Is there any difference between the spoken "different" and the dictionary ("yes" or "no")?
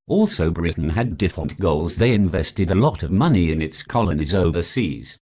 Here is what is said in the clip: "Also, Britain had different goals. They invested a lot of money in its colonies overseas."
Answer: yes